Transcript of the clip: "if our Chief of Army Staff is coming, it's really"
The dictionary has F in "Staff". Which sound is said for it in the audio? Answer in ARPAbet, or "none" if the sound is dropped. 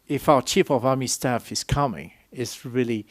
F